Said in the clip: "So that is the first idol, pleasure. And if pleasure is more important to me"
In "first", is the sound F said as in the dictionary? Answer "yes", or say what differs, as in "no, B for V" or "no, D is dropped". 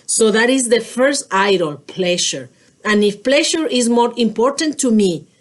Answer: yes